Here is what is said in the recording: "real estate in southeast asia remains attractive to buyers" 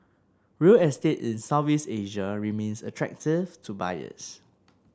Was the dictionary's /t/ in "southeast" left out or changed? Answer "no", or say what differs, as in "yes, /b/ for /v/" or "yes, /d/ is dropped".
yes, /t/ is dropped